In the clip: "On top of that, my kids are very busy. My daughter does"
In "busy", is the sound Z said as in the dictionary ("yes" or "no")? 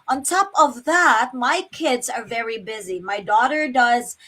yes